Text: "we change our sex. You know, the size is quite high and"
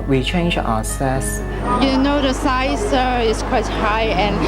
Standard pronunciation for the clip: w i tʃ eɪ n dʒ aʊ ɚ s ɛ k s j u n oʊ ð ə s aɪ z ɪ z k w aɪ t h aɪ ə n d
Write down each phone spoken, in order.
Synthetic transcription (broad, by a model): w i tʃ eɪ n dʒ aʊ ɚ s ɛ s j u n oʊ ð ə s aɪ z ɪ s k w aɪ t h aɪ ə n